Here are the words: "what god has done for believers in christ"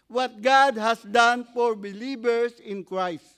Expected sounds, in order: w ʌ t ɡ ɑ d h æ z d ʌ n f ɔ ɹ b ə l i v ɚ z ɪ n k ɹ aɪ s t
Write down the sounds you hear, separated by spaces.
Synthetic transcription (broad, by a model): w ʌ t ɡ ɑ d h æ s d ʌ n f ɔ ɹ b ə l i b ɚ s ɪ n k ɹ aɪ s t